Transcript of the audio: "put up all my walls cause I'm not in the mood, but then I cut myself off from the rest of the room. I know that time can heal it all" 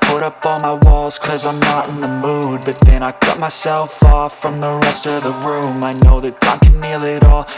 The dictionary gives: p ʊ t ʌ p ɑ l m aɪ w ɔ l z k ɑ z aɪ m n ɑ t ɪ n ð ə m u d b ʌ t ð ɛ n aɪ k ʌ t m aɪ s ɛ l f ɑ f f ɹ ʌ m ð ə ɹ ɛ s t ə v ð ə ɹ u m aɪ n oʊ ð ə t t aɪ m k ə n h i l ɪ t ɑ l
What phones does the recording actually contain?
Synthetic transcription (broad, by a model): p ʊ t ʌ p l m aɪ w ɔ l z k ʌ z aɪ m n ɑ t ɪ n ð ə m u d b ʌ t ð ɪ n aɪ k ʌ t m aɪ s ɛ l f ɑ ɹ f ɹ ʌ m ð ə ɹ ɛ s t ə v ð ə ɹ u m aɪ n oʊ ð ə t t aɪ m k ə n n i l ɪ t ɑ l